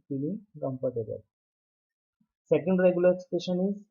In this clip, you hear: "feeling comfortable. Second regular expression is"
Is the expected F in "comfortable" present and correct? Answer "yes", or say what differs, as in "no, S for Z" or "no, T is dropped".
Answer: no, P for F